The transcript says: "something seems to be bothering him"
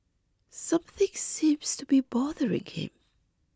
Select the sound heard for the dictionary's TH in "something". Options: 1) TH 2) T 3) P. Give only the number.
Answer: 1